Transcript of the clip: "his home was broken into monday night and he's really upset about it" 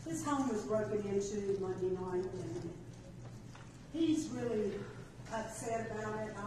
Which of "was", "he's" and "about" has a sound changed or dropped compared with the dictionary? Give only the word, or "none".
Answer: none